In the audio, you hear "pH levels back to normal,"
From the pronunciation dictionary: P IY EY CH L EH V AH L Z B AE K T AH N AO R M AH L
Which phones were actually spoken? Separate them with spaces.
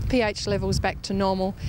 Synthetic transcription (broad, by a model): P IY EY CH L EH V AH L Z B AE K T AH N AO M AH L